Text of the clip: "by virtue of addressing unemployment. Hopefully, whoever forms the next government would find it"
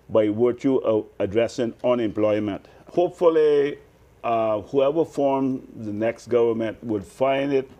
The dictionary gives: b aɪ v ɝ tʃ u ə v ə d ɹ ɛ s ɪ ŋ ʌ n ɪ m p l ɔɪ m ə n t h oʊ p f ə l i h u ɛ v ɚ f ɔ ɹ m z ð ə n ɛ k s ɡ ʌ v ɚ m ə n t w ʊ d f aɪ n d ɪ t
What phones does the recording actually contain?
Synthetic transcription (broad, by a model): b aɪ w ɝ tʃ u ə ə d ɹ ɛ s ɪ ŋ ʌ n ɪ m p l ɔɪ m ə n t h oʊ p f ə l i h u ɛ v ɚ f ɔ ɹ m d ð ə n ɛ k s ɡ ʌ v ɚ m ə n t w ʊ d f aɪ n d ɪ t